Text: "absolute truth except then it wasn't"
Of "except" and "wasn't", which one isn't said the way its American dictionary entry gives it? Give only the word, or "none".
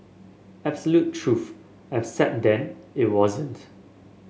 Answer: except